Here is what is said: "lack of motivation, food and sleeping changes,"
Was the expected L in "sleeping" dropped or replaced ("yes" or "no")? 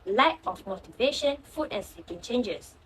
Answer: yes